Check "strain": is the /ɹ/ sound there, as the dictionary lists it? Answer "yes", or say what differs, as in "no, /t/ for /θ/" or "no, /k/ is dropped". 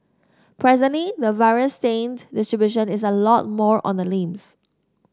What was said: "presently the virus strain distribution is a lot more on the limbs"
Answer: no, /ɹ/ is dropped